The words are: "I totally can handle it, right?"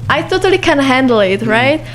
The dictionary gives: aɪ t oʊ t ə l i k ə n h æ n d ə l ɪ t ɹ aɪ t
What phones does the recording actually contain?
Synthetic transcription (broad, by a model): aɪ t oʊ t ə l i k ə n h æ n d l ɪ t ɹ aɪ t